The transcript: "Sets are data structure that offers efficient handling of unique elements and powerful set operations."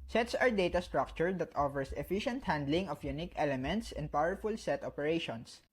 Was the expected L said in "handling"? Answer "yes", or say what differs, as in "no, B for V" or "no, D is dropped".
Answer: yes